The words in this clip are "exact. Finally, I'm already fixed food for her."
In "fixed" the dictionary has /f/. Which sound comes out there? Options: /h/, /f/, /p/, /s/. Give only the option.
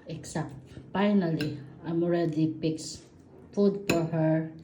/p/